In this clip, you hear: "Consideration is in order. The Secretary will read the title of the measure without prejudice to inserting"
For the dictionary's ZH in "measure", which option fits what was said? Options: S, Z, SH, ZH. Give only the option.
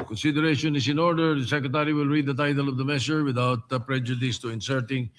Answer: SH